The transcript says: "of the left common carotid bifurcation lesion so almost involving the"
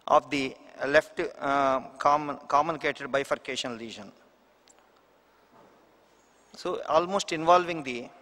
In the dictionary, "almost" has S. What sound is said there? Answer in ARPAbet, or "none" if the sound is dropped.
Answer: S